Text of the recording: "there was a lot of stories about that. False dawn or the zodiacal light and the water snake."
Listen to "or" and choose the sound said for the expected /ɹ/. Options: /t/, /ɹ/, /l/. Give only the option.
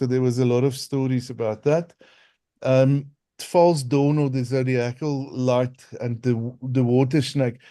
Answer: /l/